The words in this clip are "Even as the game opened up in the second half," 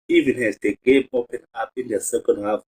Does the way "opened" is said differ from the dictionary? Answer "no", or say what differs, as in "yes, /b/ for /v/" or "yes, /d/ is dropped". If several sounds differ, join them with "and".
yes, /d/ is dropped